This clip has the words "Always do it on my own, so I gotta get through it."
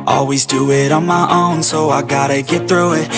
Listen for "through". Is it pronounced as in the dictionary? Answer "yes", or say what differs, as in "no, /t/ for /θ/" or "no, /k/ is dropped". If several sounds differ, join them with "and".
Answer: yes